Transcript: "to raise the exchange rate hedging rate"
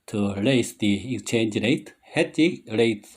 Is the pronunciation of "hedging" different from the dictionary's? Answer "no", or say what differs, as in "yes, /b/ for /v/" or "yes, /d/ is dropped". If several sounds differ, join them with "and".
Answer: yes, /tʃ/ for /dʒ/